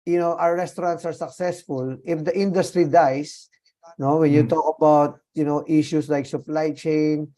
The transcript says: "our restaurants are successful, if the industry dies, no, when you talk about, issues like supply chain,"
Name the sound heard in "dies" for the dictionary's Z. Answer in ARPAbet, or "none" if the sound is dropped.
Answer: S